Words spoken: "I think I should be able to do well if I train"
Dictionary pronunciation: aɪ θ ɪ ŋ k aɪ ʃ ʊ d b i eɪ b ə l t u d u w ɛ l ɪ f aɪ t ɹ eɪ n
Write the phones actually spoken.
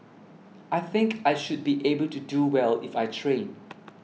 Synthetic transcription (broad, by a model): aɪ θ ɪ ŋ k aɪ ʃ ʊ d b i eɪ b ə l t u d u w ɛ l ɪ f aɪ t ɹ eɪ n